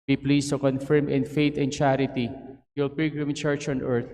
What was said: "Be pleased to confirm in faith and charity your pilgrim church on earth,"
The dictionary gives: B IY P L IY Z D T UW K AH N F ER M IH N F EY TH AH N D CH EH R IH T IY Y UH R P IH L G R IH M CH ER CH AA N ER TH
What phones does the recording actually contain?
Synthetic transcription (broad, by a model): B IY P L IY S T UW K AH N F ER M IH N F EY T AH N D CH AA R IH T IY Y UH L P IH G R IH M CH ER CH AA N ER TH